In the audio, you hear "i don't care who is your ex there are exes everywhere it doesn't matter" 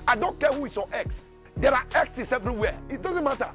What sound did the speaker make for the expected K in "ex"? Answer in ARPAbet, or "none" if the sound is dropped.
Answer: K